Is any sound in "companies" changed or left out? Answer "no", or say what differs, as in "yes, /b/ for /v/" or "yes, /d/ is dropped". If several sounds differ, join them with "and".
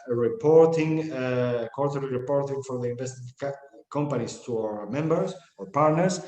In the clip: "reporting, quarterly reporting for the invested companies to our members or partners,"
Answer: yes, /s/ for /z/